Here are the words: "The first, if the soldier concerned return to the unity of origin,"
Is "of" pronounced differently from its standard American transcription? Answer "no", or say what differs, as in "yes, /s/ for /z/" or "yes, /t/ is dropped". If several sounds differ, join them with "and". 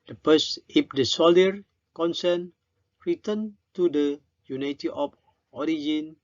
yes, /p/ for /v/